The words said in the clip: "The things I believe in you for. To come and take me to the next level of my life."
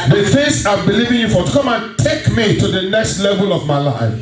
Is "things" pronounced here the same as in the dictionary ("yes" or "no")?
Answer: no